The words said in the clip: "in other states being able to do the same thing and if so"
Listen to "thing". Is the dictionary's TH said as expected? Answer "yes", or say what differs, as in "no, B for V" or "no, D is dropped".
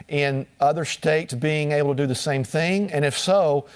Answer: yes